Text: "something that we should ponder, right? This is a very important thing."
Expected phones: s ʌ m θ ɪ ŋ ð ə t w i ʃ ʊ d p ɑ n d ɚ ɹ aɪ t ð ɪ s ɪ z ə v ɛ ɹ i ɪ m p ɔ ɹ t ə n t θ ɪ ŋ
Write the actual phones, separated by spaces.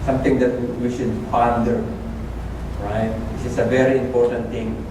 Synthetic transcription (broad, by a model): s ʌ m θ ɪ ŋ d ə t w i ʃ ʊ d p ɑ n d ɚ ɹ aɪ t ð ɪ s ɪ s ə v ɛ ɹ i ɪ m p ɔ ɹ t ə n t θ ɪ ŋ